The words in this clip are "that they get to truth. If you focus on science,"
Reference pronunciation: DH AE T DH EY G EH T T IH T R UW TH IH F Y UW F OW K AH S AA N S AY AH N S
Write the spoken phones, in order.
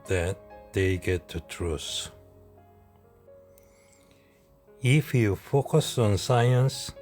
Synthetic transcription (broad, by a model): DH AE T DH EY G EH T T IH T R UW S IH F Y UW F OW K AH S AA N S AY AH N S